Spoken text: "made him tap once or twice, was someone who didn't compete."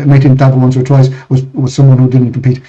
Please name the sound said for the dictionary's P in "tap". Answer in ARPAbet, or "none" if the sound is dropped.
B